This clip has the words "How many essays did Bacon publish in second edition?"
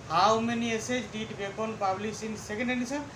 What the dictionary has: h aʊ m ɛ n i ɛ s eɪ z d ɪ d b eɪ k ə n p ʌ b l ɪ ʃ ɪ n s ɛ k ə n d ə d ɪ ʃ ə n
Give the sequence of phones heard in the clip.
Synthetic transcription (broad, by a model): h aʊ m ɛ n i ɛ s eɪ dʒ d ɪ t b eɪ k ə n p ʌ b l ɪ s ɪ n s ɛ k ə n d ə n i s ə